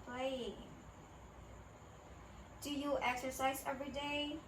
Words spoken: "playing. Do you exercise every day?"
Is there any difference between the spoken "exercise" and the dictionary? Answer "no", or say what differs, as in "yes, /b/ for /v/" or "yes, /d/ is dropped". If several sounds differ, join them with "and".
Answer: no